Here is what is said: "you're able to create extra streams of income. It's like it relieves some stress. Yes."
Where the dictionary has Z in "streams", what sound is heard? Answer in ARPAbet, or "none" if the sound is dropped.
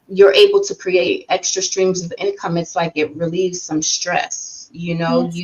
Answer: Z